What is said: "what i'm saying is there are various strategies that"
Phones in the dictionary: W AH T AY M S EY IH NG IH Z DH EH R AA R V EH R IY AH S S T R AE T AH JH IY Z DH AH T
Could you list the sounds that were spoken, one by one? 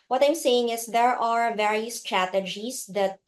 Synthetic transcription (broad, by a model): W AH T AY M S EY IH NG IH S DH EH R AA R V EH R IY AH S S T R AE T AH JH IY S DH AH T